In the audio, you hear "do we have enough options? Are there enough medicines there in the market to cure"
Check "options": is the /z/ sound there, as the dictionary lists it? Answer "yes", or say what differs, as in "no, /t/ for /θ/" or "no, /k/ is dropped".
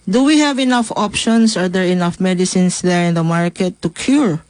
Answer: no, /s/ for /z/